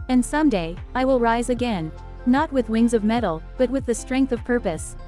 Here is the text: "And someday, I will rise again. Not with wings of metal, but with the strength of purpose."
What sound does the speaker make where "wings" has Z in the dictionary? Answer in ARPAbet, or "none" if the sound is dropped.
Z